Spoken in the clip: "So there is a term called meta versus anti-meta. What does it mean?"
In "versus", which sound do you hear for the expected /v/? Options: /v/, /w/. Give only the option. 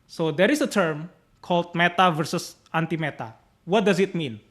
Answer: /v/